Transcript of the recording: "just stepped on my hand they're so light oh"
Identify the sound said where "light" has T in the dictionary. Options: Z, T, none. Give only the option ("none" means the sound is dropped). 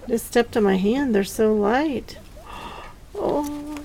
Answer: T